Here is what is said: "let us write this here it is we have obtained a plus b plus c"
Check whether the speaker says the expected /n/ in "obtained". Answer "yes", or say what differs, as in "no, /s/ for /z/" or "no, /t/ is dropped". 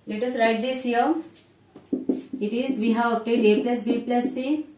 no, /n/ is dropped